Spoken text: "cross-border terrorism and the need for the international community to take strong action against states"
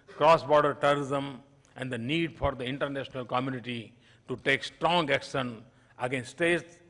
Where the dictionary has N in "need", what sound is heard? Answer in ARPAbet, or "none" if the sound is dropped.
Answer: N